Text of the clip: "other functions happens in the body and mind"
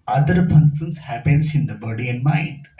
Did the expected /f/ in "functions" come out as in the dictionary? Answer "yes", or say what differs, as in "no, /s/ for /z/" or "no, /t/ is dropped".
no, /p/ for /f/